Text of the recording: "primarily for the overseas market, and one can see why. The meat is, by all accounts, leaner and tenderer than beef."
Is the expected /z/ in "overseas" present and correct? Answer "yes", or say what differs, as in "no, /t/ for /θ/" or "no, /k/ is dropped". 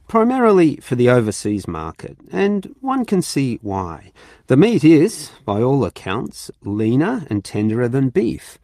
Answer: yes